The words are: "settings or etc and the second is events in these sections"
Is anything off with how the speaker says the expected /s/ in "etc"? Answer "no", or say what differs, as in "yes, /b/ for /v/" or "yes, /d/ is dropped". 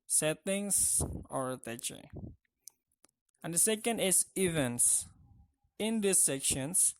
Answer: yes, /s/ is dropped